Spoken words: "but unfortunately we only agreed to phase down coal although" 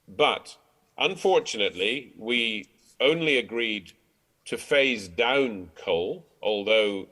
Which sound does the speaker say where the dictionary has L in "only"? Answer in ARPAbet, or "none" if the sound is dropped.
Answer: L